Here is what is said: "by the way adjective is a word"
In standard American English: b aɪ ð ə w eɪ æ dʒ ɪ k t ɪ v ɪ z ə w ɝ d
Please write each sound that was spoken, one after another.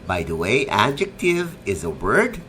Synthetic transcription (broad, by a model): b aɪ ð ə w eɪ æ dʒ ɪ k t ɪ v ɪ z ə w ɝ d